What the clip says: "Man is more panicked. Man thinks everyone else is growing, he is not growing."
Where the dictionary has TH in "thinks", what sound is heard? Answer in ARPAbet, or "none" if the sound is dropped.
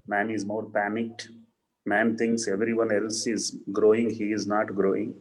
T